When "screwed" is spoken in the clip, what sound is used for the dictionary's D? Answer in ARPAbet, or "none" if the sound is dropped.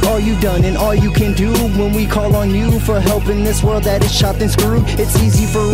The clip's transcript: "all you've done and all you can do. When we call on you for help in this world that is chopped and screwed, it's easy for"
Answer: none